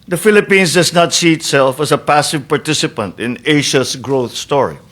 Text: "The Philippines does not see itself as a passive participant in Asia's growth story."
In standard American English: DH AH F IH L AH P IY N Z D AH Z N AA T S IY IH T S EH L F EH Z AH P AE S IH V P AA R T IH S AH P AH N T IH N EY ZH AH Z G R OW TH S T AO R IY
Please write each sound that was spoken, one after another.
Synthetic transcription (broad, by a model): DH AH F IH L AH P IY N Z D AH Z N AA T S IY IH T S EH L F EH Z AH P AE S IH V P AA R T IH S AH P AH N T IH N EY SH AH S G R OW TH S T AO R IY